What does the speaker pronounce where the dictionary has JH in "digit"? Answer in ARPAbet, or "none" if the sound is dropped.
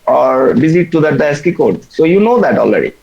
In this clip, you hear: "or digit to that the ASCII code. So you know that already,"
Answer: Z